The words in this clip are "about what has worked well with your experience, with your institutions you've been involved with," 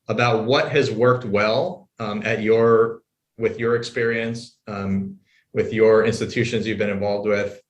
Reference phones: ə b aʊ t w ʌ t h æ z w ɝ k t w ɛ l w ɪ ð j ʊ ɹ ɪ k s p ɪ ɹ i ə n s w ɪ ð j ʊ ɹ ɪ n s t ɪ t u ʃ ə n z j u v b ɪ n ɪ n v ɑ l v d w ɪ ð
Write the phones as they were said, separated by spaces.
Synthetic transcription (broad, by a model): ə b aʊ t w ʌ t h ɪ z w ɝ k t w ɛ l w ɪ ð j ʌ ɹ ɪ k s p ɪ ɹ i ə n s w ɪ ð j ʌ ɹ ɪ n s t ɪ t u ʃ ə n z j u v b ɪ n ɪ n v ɑ l v d w ɪ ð